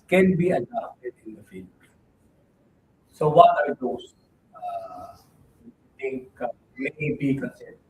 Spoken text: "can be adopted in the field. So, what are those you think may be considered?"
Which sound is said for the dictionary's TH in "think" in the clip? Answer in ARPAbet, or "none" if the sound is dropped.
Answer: T